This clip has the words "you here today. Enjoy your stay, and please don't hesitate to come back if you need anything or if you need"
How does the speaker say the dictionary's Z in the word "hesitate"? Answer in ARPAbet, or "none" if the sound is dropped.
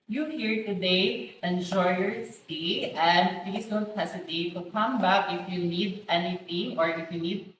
S